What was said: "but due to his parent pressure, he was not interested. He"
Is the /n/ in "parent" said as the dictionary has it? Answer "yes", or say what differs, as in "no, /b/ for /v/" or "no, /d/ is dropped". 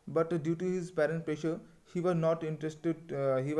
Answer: yes